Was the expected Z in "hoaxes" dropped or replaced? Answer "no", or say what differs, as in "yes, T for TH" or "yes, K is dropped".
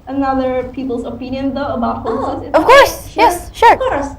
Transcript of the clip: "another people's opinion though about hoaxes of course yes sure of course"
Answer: yes, Z is dropped